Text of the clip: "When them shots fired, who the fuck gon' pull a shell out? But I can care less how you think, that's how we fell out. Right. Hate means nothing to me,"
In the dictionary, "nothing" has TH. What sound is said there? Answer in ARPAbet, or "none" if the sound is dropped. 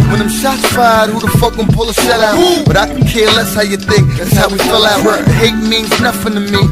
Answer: F